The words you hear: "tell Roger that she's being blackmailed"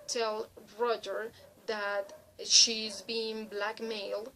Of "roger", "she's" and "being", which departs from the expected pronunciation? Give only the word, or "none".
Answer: none